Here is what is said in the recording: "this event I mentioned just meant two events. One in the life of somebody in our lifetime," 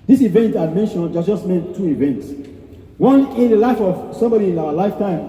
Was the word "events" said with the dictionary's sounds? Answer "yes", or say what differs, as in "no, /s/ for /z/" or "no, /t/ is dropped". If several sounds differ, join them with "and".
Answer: yes